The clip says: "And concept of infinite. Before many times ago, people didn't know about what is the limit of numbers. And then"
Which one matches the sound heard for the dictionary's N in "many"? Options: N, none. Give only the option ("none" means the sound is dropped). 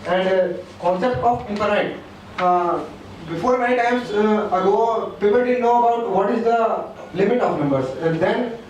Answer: none